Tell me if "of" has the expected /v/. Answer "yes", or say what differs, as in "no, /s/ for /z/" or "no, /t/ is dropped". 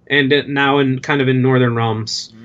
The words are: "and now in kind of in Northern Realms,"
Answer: yes